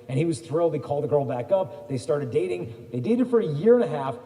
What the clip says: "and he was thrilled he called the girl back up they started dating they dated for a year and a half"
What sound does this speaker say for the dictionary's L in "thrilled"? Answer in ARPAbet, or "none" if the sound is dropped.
L